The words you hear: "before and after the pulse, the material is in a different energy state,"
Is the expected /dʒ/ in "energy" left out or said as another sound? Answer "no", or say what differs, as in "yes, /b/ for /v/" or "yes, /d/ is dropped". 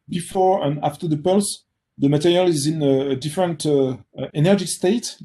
no